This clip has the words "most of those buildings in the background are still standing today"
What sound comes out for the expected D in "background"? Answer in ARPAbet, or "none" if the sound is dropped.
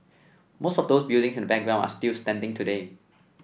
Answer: none